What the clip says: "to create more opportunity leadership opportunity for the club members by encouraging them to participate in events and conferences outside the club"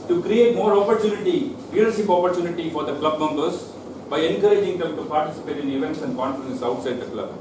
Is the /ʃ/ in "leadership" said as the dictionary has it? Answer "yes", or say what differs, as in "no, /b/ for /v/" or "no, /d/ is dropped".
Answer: no, /s/ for /ʃ/